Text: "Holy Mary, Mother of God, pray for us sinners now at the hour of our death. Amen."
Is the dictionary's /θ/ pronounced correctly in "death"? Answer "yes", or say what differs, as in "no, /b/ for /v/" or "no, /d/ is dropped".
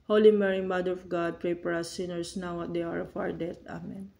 no, /t/ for /θ/